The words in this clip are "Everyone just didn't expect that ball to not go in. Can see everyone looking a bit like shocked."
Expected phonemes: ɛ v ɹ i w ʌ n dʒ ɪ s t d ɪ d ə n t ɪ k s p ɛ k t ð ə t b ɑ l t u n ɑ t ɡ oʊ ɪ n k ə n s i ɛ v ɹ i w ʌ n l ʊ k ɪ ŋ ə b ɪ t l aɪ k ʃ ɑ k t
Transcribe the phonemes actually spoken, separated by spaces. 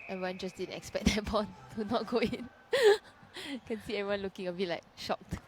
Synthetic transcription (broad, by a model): ɛ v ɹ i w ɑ n dʒ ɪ s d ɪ d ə n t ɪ k s p ɛ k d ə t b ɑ n t u n ɑ t ɡ oʊ ɪ n k ə n s i ɛ v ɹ i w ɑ n l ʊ k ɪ ŋ ə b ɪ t l aɪ k ʃ ɑ k t